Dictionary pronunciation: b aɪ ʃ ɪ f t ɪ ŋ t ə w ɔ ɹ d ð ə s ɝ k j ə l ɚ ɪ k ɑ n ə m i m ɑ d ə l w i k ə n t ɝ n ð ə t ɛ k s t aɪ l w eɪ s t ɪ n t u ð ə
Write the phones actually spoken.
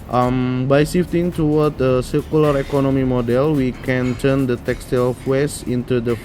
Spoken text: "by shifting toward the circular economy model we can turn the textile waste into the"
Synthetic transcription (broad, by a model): b aɪ s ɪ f t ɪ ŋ t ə w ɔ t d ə s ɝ k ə l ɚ ɪ k ɑ n ə m i m ɑ d ə l w i k ə n t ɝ n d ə t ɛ k s t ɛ l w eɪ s ɪ n t u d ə